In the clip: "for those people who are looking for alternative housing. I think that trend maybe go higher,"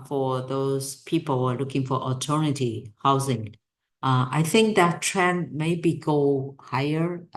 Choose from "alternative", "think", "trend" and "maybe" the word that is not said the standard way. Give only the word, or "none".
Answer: alternative